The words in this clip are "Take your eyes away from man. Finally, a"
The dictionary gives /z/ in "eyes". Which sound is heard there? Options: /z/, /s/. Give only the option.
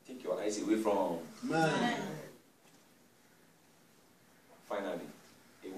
/s/